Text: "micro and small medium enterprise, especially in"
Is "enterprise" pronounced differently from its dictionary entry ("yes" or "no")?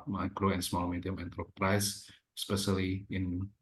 yes